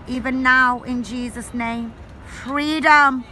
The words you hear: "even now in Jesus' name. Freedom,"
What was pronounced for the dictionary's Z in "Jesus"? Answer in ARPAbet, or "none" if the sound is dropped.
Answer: Z